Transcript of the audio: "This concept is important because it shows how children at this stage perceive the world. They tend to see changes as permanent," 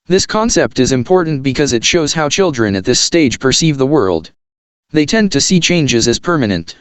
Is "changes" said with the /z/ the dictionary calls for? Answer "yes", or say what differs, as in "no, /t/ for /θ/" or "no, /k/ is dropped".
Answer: yes